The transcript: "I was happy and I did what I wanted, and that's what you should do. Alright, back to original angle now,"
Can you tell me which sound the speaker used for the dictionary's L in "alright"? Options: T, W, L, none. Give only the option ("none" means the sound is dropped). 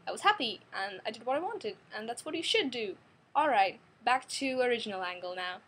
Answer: L